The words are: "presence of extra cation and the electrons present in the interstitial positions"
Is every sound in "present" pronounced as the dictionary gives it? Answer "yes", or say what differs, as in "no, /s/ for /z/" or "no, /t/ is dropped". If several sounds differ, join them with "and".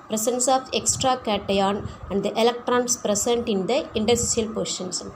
no, /s/ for /z/